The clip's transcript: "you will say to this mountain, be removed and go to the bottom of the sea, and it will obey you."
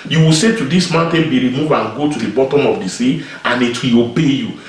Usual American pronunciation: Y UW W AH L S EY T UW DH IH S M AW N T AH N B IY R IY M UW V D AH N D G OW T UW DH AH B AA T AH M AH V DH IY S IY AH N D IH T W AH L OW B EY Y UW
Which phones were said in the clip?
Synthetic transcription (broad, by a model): Y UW W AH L S EY T UW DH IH S M AW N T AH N B IY R IY M UW V AH N G OW T UW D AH B AA T AH M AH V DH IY S IY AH N IH T W AH L OW B EY Y UW